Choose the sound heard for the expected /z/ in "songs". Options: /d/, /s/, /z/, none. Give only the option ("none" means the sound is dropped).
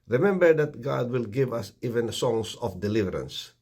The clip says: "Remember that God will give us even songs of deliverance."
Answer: /s/